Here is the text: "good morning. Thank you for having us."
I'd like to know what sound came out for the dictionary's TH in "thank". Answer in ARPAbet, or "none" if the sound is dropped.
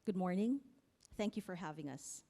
TH